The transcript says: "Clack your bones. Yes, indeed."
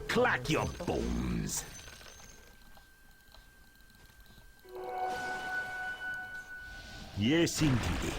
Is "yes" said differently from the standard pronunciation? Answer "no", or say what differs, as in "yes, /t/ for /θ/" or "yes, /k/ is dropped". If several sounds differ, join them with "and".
no